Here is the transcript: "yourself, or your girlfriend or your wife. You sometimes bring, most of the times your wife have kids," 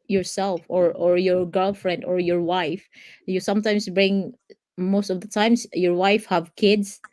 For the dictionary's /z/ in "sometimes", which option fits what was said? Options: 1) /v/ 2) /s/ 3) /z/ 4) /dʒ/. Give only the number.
2